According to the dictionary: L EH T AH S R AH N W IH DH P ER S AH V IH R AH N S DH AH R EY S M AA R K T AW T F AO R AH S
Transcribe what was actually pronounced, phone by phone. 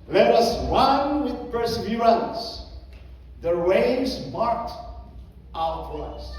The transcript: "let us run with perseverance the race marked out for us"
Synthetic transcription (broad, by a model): L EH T AH S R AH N W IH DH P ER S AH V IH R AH L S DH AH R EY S M AA R K T AW T F AO R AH S